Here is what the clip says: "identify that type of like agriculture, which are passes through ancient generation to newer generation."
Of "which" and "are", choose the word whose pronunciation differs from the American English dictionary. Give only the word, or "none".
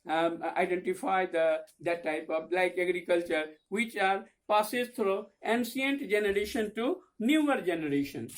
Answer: none